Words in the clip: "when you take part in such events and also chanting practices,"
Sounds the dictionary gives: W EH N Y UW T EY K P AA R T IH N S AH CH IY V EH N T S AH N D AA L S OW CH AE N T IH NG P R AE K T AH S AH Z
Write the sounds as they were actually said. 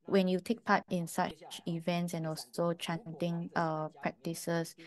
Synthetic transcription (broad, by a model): W EH N Y UW T EY K P AA T IH N S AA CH IY V EH N T S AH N AA L S OW CH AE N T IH NG P R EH K T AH S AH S